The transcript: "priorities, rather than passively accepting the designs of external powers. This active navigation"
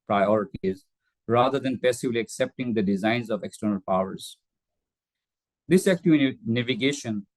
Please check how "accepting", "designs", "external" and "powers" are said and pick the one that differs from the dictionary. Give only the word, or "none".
none